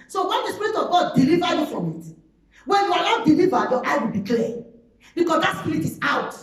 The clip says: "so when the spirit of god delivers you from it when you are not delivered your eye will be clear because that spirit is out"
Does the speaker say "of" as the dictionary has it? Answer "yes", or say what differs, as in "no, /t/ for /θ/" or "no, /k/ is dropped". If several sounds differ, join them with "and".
yes